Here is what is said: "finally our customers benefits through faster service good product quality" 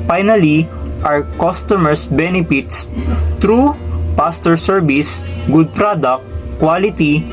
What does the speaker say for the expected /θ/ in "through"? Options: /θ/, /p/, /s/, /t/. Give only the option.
/t/